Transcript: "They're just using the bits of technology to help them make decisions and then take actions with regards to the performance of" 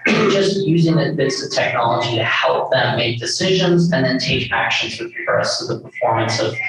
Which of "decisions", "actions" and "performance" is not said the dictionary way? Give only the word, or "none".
none